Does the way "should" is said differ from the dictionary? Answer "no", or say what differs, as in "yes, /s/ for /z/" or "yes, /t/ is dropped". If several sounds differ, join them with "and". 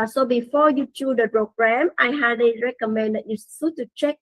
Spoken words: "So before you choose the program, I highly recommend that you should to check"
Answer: yes, /s/ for /ʃ/